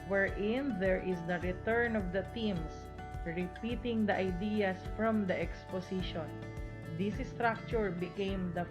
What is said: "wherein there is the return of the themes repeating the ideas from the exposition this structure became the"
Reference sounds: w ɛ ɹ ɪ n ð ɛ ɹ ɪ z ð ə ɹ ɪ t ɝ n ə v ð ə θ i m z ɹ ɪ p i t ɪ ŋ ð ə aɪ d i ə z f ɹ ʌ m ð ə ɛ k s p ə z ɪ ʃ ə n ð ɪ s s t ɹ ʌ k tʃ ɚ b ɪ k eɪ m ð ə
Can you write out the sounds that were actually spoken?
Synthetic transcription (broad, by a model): w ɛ ɹ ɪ n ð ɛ ɹ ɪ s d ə ɹ ɪ t ɝ n ə v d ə t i m s ɹ ɪ p i t ɪ ŋ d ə aɪ d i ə s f ɹ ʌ m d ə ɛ k s p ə s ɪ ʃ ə n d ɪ s s t ɹ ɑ k tʃ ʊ b ɪ k eɪ m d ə